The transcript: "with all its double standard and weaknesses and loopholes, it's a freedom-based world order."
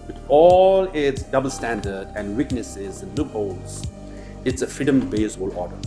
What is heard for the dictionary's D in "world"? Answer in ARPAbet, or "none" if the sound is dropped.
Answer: none